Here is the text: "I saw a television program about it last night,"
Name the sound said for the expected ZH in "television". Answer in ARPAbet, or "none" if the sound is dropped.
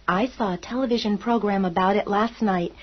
ZH